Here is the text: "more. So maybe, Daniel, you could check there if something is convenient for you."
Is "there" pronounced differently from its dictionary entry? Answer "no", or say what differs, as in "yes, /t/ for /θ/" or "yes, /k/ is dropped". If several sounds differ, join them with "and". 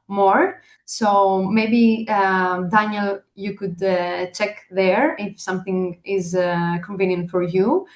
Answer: no